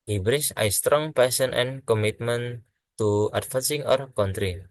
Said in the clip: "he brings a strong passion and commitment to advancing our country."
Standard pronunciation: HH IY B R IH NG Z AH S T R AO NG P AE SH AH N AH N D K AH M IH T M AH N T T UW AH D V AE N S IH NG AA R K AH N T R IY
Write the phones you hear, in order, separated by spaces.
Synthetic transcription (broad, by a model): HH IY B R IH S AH S T R AO NG P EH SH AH N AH N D K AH M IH T M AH N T T UW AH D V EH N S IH NG AA R K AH N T R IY